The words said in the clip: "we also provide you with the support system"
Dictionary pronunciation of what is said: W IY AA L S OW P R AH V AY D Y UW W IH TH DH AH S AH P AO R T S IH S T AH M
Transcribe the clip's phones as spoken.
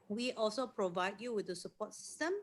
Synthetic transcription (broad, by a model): W IY AA L S OW P R AH V AY D Y UW W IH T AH S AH P AO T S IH S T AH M